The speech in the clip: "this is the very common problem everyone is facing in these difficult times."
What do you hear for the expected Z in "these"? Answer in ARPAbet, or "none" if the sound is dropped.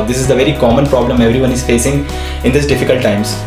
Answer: S